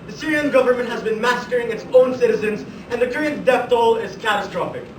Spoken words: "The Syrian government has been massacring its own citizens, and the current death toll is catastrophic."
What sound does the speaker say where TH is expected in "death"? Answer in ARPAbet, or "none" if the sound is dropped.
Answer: F